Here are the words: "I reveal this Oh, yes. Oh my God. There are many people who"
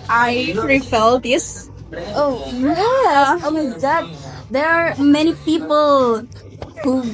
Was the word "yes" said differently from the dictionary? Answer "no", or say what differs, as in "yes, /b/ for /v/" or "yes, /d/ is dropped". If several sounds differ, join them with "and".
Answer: yes, /s/ is dropped